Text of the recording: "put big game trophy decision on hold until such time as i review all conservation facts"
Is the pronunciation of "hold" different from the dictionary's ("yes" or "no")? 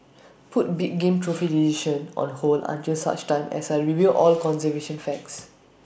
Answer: yes